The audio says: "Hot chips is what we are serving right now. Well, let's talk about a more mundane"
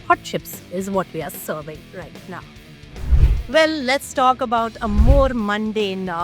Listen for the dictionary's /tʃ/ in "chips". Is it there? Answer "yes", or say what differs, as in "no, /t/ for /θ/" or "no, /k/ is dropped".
no, /ʃ/ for /tʃ/